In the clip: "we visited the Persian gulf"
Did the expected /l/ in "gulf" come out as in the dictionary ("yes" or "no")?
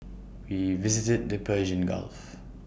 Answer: yes